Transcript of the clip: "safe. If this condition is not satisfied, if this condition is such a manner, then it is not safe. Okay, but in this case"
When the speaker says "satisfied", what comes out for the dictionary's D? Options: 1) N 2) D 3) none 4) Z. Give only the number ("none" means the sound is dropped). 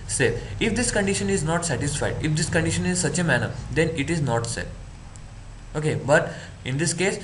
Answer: 2